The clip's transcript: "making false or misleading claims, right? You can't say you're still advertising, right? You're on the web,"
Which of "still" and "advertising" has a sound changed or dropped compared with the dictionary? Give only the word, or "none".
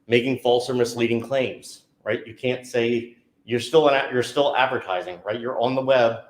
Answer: none